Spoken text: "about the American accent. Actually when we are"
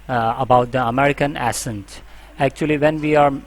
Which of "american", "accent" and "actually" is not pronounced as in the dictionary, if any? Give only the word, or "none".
accent